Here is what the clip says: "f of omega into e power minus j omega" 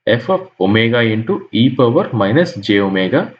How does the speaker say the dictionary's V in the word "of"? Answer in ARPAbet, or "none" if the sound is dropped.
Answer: P